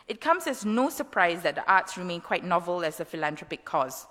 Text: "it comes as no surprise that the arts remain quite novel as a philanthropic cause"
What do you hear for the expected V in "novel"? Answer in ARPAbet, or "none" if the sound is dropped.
V